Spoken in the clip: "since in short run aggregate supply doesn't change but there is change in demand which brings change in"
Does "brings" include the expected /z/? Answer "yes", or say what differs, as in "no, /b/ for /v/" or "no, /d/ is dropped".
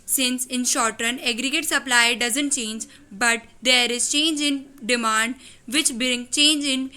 no, /z/ is dropped